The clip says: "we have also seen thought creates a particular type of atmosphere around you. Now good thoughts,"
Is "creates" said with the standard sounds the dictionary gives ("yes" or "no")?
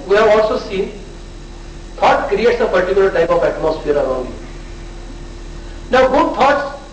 yes